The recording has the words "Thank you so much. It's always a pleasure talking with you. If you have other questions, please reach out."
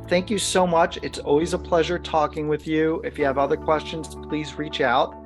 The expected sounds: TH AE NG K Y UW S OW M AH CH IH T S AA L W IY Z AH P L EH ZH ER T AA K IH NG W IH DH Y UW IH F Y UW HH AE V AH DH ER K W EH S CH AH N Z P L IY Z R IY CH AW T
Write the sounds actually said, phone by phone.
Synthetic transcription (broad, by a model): TH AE NG K Y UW S OW M AH CH IH T S AA L W IY Z AH P L EH ZH ER T AA K IH NG W IH DH Y UW IH F Y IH V AH DH ER K W EH S CH AH N Z P L IY Z R IY CH AW T